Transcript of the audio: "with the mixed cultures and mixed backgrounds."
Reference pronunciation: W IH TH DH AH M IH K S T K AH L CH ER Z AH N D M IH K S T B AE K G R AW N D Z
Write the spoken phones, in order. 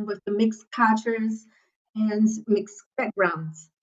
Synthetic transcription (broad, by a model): W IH DH AH M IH K S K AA CH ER Z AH N M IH K S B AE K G R AW N D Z